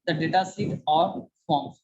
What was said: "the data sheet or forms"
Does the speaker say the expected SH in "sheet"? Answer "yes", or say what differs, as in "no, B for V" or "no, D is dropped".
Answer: no, S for SH